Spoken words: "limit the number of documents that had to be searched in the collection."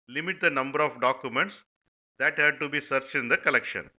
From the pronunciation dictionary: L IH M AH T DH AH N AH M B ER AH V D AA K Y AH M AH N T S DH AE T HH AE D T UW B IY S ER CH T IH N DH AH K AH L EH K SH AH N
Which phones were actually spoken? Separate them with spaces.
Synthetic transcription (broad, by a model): L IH M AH T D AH N AH M B ER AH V D AA K Y AH M AH N T S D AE T HH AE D T UW B IY S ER CH IH N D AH K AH L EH K SH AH N